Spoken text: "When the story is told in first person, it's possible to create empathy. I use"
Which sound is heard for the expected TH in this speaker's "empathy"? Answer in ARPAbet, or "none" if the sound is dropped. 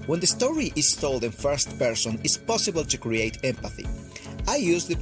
TH